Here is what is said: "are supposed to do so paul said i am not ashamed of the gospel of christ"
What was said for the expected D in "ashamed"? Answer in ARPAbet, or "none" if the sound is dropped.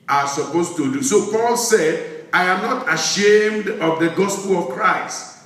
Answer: D